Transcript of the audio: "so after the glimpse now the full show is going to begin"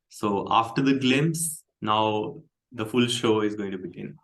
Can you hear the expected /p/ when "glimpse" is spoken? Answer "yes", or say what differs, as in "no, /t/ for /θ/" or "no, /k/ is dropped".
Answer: no, /p/ is dropped